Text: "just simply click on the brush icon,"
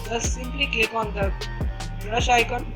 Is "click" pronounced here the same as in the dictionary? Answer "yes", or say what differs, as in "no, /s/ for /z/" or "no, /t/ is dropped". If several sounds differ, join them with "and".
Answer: no, /l/ is dropped